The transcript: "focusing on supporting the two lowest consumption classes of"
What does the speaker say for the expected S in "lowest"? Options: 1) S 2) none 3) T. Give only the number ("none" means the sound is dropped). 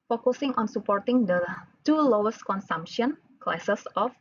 1